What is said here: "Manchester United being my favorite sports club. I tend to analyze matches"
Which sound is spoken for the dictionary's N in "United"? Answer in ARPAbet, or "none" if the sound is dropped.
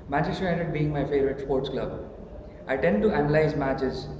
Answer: none